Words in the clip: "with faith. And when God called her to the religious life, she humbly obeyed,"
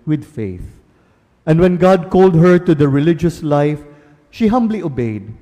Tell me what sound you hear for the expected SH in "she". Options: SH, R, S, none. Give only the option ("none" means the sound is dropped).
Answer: SH